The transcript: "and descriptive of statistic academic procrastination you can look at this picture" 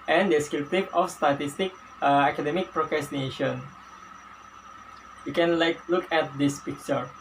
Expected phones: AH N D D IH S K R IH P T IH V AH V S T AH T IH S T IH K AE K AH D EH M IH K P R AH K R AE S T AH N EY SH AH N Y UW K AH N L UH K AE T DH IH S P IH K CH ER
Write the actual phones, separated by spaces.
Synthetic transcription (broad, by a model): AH N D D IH S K IH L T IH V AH F S T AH T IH S T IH K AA K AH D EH M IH K P R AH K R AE S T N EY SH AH N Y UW K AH N L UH K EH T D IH S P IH K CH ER